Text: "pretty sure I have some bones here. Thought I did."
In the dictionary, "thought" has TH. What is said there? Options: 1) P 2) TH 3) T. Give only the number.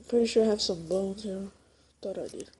3